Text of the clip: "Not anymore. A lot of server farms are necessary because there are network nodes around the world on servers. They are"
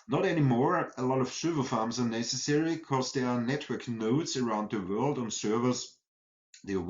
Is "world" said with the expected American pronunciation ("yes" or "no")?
yes